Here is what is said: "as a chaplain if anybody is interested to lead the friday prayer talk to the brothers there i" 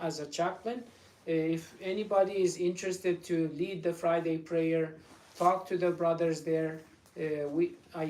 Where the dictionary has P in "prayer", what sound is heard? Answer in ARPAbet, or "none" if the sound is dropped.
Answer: P